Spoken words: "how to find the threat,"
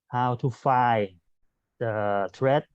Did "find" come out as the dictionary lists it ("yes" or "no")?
no